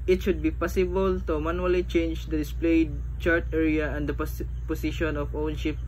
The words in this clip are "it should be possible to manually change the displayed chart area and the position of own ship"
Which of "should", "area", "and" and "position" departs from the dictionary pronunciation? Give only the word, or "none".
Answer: position